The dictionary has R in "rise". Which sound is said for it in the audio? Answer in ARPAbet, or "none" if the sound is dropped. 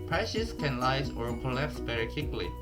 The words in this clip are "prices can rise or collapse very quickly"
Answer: L